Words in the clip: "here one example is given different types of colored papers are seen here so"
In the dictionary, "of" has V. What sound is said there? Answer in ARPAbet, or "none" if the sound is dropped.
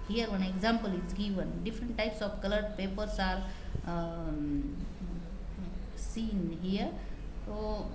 B